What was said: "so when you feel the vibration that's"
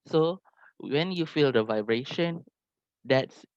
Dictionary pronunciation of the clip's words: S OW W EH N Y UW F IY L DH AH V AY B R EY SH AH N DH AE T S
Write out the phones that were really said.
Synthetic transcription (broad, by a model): S OW W EH N Y UW F IY L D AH V AY B R EY SH AH N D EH T S